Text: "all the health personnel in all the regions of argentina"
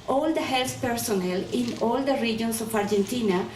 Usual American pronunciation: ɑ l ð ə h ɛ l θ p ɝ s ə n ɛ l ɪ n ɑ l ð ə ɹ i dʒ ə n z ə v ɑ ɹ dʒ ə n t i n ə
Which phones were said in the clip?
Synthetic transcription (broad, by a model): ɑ l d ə h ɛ l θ p ɝ s ə n ɛ l ɪ n ɑ l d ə ɹ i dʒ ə n s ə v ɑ ɹ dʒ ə n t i n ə